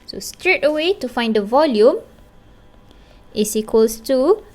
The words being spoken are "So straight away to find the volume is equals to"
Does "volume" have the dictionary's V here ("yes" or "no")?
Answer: yes